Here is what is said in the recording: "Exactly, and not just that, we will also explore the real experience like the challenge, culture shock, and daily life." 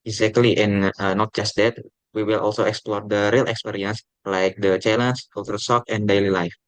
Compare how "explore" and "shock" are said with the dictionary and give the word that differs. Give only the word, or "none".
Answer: shock